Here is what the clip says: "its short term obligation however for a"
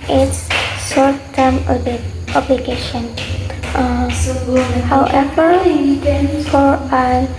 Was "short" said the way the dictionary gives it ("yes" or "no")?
no